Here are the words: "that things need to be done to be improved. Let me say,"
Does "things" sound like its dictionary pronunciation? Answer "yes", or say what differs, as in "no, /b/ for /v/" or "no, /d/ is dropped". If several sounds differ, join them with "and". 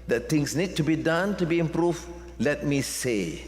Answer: no, /t/ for /θ/ and /s/ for /z/